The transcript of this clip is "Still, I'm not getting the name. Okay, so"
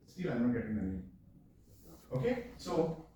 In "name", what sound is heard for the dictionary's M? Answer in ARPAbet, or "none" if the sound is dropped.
none